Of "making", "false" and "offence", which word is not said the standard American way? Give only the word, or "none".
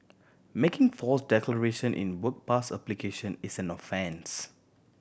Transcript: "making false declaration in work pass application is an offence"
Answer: false